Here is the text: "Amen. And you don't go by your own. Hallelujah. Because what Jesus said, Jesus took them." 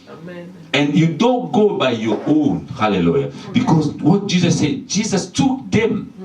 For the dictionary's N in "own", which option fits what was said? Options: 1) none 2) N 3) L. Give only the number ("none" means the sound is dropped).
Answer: 2